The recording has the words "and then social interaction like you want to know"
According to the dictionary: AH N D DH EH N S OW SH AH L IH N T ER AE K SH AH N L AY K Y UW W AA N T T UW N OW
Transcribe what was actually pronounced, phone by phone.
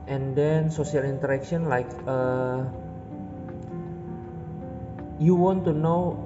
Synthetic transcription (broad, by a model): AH N D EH N S OW S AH L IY N T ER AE K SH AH N L AY K Y UW W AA N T T UW N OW